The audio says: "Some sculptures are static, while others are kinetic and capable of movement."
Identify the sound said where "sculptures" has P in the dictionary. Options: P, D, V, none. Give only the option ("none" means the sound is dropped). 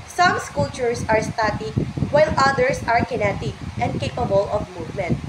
none